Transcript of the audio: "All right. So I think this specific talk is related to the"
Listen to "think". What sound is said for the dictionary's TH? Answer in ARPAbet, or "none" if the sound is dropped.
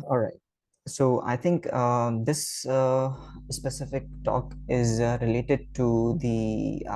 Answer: T